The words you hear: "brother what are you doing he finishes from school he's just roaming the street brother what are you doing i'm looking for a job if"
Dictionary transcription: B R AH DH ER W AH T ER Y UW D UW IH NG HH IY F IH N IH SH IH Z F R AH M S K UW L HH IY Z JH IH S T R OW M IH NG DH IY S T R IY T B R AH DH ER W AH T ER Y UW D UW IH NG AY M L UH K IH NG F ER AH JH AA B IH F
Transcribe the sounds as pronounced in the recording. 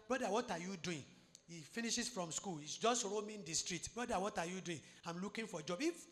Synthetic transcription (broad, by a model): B R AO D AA W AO T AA Y UW D UW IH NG HH IY F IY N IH SH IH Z F R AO M S K UW L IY S JH IH S T R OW M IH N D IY S T R IY T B R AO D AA W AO T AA Y UW D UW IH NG AY M L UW K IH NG F AH JH AA B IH F